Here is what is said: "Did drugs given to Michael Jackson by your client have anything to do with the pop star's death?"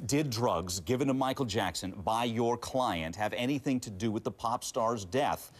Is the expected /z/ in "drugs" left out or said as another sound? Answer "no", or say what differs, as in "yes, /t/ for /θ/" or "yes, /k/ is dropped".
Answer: no